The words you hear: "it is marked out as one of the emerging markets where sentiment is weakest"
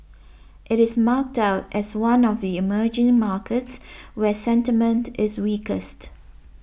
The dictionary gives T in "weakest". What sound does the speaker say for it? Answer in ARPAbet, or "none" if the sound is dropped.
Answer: T